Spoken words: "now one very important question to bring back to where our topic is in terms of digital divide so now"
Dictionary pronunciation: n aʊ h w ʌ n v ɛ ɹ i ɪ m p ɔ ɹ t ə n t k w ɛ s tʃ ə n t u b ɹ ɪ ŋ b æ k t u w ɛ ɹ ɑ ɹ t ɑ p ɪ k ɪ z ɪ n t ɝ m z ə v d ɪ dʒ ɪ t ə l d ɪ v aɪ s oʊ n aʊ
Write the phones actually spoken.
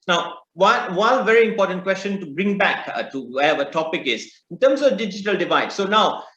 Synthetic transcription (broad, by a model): n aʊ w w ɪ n v ɛ ɹ i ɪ m p ɔ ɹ t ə n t k w ɛ s tʃ ə n t u b ɹ ɪ ŋ b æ k t u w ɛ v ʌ t ɑ p ɪ k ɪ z ɪ n t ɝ m s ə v d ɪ dʒ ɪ t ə l d ɪ v aɪ s oʊ n aʊ